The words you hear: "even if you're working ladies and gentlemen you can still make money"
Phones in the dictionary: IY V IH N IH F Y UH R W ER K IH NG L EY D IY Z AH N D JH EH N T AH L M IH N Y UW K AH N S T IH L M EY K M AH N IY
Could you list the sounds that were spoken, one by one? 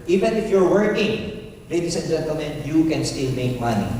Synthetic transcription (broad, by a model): IY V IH N IH F Y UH R W ER K IH NG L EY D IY S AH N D JH EH N T AH L M IH N Y UW K AH N S T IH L M EY K M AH N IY